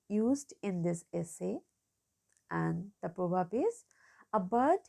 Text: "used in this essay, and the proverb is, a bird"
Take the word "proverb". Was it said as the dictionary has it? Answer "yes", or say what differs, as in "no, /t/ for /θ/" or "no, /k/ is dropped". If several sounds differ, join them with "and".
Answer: no, /b/ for /v/